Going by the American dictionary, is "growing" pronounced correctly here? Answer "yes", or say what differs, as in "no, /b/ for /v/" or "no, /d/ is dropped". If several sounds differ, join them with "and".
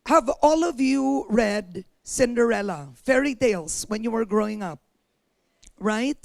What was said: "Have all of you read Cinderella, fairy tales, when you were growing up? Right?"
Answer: yes